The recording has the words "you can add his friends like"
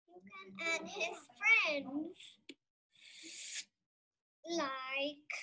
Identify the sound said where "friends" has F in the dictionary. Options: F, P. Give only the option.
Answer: F